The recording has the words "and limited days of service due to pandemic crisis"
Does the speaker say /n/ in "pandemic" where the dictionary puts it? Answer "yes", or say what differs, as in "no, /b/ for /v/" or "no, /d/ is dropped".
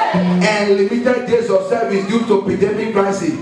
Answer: no, /n/ is dropped